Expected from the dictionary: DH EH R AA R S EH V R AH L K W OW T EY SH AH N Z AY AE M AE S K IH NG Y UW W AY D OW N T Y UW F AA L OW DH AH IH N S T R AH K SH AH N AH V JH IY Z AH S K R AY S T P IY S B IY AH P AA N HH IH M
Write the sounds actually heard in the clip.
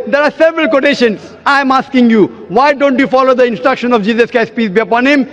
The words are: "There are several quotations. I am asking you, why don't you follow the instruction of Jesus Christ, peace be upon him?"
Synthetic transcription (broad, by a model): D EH R AA R S EH V R AH L K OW T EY SH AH N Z AY M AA S K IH NG Y UW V AY D OW N T Y UW F AA L OW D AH IH N S T R AH K SH AH N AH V JH IY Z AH S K AY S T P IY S B IY AH P AA N HH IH M